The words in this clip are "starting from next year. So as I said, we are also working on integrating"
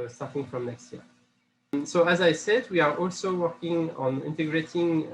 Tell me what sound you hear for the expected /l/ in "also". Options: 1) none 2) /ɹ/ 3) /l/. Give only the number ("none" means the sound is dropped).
3